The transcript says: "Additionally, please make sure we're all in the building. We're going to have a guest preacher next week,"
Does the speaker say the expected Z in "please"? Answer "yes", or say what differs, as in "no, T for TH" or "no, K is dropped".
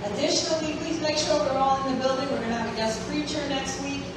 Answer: yes